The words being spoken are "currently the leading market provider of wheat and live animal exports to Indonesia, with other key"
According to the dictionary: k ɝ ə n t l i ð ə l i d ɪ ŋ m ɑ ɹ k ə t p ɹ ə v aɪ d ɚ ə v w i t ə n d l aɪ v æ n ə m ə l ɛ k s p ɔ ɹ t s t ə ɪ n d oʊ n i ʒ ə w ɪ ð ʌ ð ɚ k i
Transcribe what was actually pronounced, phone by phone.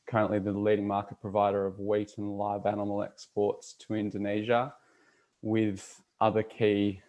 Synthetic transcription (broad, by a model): k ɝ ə n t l i ð ə l i d ɪ ŋ m ɑ ɹ k ə t p ɹ ə v aɪ d ɚ ə v w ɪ t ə n l aɪ v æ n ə m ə l ɛ k s p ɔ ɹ t s t ə ɪ n d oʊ n i ʒ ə w ɪ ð ʌ ð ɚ k i